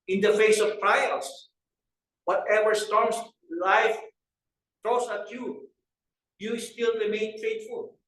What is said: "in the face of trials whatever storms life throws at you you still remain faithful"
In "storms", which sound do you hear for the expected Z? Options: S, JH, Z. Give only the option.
S